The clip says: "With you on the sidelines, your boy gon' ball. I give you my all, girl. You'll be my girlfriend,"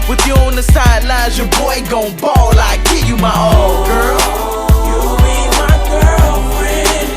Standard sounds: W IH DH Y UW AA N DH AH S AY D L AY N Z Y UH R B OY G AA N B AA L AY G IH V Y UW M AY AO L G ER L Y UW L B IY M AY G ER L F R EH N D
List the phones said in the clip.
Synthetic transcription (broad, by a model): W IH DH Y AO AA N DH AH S AY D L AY Z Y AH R B OY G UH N B AA L AY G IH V Y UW M AY AO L G ER L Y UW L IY M AY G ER L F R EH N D